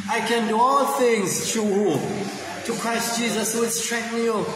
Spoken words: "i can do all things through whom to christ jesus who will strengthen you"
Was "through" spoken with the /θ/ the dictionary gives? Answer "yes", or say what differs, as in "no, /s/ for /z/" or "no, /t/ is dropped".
no, /t/ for /θ/